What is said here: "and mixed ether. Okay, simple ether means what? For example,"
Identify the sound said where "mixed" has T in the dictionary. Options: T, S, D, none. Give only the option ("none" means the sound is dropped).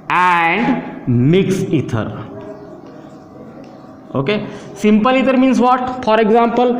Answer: none